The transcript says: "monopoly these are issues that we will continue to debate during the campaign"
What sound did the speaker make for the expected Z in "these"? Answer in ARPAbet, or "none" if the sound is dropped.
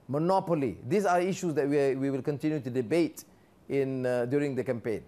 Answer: S